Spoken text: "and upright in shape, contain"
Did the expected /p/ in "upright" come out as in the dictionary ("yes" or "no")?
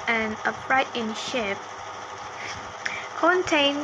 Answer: no